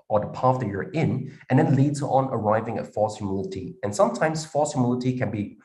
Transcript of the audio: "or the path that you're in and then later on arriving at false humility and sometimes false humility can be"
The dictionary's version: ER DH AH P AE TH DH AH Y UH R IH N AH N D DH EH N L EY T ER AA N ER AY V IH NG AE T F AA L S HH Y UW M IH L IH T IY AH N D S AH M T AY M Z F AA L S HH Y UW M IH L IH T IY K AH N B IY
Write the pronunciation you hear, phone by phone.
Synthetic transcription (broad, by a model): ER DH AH P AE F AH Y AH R IH N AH N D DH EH N L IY S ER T N ER AY V IH NG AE T F AA L S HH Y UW M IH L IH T IY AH N S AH M T AY M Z F AA L S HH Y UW M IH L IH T IY K AH N B IY